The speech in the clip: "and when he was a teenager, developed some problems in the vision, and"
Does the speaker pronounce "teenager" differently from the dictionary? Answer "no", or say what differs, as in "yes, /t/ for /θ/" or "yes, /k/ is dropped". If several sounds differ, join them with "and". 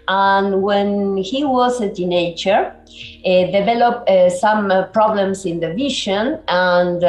yes, /tʃ/ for /dʒ/